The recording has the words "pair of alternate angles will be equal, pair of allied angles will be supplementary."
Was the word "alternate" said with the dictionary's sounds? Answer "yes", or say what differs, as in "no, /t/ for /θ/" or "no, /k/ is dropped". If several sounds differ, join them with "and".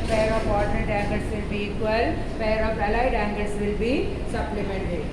no, /l/ is dropped